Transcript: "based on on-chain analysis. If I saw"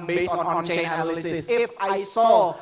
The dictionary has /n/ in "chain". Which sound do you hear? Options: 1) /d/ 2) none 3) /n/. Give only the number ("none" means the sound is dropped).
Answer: 2